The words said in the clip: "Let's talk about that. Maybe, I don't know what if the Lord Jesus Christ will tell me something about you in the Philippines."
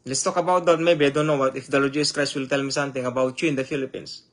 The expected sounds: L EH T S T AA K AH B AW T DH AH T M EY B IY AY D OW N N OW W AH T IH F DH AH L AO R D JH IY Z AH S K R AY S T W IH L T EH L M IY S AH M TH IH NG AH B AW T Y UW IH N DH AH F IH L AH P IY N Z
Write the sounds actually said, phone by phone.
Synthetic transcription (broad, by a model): L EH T S T AA K AH B AW T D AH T M EY B IY AY D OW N N OW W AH T IH F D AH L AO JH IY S K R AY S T W IH L T EH L M IY S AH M T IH NG AH B AW T Y UW IH N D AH F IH L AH P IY N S